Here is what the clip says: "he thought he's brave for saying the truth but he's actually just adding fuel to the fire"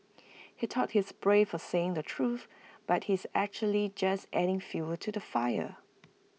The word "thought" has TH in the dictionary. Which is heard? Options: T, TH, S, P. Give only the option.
T